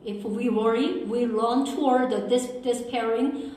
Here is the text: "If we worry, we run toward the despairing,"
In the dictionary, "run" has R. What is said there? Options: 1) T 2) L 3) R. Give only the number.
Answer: 2